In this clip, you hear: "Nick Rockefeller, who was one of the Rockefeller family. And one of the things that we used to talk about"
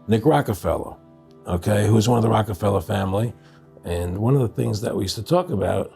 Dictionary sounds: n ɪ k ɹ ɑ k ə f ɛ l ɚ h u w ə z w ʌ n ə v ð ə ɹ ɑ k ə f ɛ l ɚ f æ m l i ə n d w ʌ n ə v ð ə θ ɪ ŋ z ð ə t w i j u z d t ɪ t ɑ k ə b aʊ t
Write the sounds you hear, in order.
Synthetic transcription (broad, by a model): n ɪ k ɹ ɑ k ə f ɛ l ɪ h u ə z w ʌ n ə v ð ə ɹ ɑ k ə f ɛ l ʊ f æ m l i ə n w ʌ n ə v ð ə θ ɪ ŋ z ð ə t w i j u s t ɪ t ɑ k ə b aʊ t